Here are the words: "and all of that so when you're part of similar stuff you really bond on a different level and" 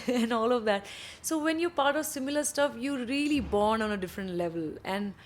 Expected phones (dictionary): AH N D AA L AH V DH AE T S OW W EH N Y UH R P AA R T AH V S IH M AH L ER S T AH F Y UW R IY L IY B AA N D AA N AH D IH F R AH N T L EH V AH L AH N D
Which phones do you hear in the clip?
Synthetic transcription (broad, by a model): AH N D AA L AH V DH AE T S OW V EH N Y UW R P AA R T AH V S IH M AH L ER S T AH F Y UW R IY L IY B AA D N AA N AH D IH F R AH N T L EH V AH L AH N D